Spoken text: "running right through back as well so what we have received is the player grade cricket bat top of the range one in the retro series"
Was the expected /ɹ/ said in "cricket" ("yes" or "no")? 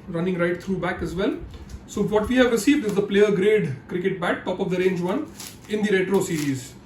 yes